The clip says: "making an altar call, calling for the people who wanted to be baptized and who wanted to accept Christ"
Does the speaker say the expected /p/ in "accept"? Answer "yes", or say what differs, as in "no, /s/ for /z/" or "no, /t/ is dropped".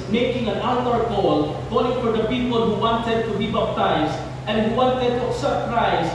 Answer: no, /p/ is dropped